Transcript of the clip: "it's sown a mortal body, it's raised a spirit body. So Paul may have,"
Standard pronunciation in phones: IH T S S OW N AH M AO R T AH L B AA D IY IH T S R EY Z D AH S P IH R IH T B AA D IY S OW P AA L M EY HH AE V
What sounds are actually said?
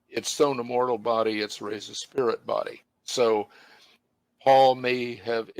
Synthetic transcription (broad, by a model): IH T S S OW N AH M AO R T L B AA D IY IH T S R EY Z AH S P IH R IH T B AA D IY S OW P AA L M EY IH V